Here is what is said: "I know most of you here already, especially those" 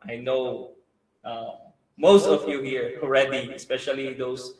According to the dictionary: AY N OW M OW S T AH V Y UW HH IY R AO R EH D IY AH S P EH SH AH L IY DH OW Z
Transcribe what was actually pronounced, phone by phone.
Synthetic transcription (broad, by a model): AY N OW M OW S T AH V Y UW HH IY R AO R EH D IY AH S P EH SH AH L IY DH OW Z